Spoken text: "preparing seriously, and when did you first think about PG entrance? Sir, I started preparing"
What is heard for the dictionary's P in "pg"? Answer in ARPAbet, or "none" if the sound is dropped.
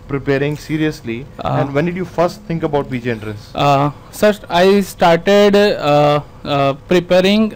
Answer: B